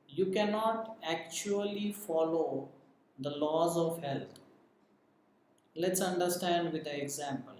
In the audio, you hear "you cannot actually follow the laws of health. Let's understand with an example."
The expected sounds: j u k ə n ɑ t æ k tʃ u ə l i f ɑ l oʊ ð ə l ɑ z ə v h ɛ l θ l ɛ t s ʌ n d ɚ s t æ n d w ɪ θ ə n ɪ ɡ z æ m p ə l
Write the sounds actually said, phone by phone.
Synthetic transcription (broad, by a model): j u k ə n ɑ t æ k tʃ u ə l i f ɑ l oʊ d ə l ɑ z ə v h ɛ l t l ɛ t s ʌ n d ɚ s t æ n d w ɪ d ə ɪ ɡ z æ m p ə l